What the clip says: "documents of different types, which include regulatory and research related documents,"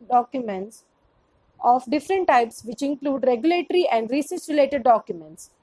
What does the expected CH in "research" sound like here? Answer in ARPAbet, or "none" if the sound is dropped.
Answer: S